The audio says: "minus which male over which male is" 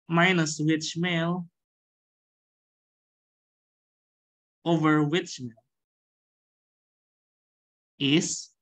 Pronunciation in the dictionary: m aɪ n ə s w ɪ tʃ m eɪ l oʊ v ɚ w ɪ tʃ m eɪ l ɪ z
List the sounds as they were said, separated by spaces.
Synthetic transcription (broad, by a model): m aɪ n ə s w ɪ tʃ m eɪ l oʊ v ɚ w ɪ tʃ m eɪ l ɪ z